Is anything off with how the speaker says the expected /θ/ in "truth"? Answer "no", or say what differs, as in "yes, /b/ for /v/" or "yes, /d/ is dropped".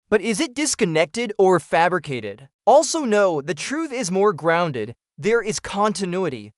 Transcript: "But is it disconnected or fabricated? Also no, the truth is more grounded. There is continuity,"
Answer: no